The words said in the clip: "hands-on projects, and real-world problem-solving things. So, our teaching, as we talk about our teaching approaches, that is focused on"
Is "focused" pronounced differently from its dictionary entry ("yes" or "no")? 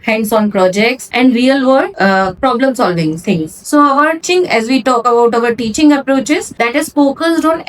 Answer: yes